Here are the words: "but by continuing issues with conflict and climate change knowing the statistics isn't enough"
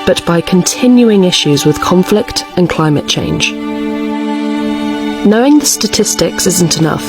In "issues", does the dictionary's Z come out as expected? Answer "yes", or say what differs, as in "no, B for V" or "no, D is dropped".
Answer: yes